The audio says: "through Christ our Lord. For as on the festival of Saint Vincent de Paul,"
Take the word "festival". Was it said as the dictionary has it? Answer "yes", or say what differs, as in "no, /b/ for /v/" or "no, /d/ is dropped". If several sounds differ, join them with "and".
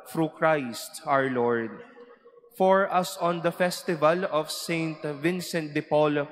yes